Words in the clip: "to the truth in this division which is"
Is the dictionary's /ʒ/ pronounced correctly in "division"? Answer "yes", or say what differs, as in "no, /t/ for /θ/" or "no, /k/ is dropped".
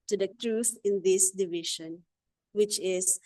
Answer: no, /ʃ/ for /ʒ/